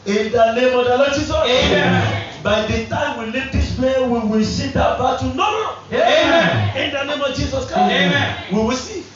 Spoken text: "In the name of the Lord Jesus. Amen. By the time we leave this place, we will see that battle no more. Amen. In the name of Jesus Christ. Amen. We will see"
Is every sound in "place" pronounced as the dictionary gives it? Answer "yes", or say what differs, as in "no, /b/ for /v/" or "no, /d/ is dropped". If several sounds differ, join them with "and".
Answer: no, /s/ is dropped